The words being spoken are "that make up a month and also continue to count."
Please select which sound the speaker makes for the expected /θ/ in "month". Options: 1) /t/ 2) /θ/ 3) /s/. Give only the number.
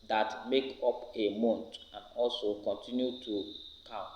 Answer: 1